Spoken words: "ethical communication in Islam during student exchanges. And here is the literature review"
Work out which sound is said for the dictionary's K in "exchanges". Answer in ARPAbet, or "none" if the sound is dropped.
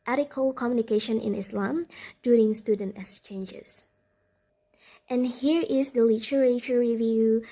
none